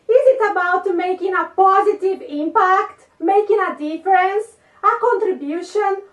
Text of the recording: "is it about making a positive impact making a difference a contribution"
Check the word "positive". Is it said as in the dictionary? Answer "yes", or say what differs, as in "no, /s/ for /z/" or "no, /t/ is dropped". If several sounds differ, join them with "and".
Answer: yes